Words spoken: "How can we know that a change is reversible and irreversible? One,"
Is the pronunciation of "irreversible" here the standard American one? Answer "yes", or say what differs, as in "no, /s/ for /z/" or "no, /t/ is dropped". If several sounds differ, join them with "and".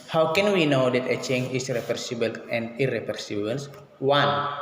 no, /p/ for /v/